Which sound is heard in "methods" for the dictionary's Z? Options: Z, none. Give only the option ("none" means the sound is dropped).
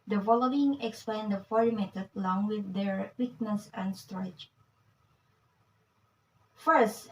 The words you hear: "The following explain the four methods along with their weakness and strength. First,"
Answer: none